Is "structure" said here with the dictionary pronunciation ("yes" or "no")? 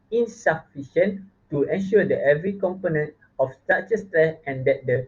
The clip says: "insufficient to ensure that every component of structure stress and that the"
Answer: no